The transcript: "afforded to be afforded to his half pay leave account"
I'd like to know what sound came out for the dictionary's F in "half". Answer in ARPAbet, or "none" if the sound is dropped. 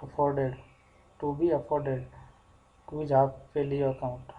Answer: P